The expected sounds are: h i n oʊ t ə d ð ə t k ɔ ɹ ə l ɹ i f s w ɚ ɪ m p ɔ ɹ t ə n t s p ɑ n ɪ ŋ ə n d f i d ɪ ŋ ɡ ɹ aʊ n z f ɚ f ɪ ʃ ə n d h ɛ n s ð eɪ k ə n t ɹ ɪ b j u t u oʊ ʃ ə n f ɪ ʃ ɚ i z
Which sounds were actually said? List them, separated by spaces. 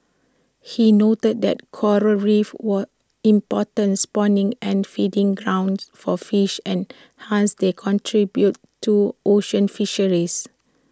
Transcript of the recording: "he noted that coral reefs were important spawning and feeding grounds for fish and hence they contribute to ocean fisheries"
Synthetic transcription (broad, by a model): h i n oʊ t ə d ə t k ɔ ɹ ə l ɹ i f w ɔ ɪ m p ɔ t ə n s p ɑ n ɪ ŋ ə n f i d ɪ ŋ ɡ ɹ aʊ n s f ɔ f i ʃ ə n h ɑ n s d eɪ k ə n t ɹ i b j u t u oʊ ʃ ə n f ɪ ʃ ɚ i s